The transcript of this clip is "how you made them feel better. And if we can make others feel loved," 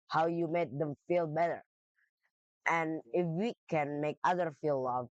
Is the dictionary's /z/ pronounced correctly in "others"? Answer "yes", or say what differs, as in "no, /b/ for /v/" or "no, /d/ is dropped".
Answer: no, /z/ is dropped